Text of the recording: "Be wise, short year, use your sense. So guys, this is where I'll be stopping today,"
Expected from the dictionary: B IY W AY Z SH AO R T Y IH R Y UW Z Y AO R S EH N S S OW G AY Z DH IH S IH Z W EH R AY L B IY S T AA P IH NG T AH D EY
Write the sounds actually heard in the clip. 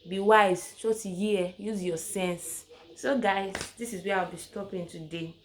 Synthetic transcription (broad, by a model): B IY W AY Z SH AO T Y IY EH Y UW Z Y AO S EH N S S OW G AY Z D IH S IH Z W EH W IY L B IY S T AA P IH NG T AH D EY